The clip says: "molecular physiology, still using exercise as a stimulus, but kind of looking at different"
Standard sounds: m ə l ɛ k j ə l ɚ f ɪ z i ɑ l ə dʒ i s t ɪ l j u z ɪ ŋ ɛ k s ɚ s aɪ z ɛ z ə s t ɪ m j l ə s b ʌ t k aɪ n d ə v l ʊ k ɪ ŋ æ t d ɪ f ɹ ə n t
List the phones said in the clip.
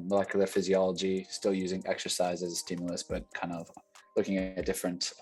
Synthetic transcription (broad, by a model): m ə l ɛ k j l ɚ f ɪ z i ɑ l ə dʒ i s t ɪ l j u z ɪ ŋ ɛ k s ɚ s aɪ z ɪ z ə s t ɪ m j l ə s b ʌ t k aɪ n d ə v l ʊ k ɪ ŋ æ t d ɪ f ɹ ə n t